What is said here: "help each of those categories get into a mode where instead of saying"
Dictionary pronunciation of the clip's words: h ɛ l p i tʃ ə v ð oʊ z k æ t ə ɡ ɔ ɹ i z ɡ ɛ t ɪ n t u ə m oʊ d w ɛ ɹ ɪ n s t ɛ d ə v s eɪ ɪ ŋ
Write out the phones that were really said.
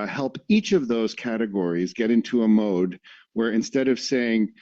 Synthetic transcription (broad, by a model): h ɛ l p i tʃ ə v ð oʊ z k æ t ə ɡ ɔ ɹ i z ɡ ɛ t ɪ n t u ə m oʊ d w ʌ ɹ ɪ n s t ɛ d ə v s eɪ ɪ ŋ